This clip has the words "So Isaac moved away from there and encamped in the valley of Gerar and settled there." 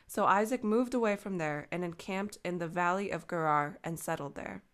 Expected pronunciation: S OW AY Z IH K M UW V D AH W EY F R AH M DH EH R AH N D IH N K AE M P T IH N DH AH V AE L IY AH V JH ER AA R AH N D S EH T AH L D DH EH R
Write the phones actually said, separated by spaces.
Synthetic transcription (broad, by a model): S OW AY Z IH K M UW V D AH W EY F R AH M DH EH R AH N IH N K AE M P T IH N DH AH V AE L IY AH V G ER AA R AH N S EH T L D DH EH R